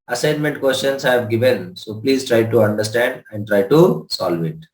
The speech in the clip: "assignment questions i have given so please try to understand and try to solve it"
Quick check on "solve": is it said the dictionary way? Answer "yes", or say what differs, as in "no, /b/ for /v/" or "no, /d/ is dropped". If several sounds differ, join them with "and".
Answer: yes